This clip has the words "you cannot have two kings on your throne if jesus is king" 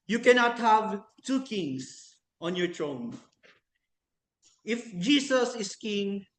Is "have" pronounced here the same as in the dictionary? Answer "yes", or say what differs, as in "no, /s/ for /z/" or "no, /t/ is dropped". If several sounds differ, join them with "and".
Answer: yes